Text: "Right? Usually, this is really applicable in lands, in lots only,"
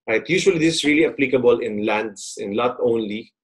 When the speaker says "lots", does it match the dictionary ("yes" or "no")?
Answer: no